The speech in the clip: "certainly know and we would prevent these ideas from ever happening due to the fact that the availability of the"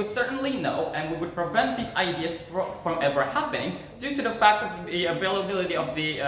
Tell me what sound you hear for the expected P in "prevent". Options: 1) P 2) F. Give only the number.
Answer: 1